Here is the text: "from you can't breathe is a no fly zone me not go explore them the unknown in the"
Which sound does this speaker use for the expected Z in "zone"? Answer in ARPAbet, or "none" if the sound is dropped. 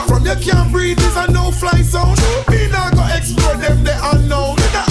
S